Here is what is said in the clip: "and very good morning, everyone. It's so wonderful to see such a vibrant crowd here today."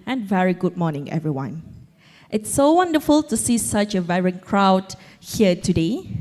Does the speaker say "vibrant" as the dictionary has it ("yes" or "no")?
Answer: no